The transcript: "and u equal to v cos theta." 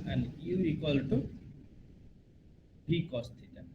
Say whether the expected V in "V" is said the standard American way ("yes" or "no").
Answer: no